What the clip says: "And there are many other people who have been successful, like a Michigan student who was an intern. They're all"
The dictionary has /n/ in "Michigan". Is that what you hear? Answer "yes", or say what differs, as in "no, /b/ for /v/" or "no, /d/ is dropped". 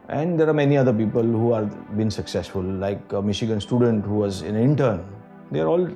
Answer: yes